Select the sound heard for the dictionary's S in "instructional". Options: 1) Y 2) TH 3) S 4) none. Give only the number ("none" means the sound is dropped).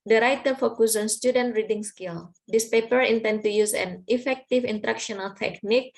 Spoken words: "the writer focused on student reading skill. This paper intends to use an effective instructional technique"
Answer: 4